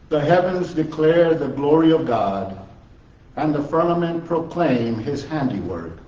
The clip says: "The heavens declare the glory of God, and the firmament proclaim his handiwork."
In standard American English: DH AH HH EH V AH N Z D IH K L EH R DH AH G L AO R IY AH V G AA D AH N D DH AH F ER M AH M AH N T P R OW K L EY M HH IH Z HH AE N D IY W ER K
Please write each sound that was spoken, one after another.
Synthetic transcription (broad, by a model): DH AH HH EH V AH N Z D IH K L EH R DH AH G L AO R IY AH V G AA D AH N DH AH F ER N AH M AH N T P R OW K L EY M IH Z HH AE N D IY W ER K